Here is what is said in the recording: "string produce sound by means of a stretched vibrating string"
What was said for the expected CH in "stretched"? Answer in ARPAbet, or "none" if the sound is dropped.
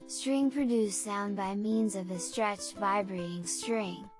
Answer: CH